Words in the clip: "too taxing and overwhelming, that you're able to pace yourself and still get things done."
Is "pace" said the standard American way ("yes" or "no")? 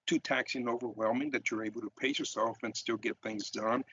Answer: no